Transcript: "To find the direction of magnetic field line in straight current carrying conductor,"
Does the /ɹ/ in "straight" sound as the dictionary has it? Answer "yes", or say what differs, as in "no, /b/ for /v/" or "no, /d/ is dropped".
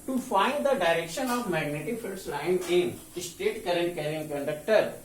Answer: no, /ɹ/ is dropped